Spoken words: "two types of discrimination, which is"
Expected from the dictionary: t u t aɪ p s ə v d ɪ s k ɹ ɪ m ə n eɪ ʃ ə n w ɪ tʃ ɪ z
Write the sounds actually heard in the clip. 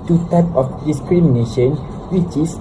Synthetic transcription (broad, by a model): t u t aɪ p ə f d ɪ s k ɹ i m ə n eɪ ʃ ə n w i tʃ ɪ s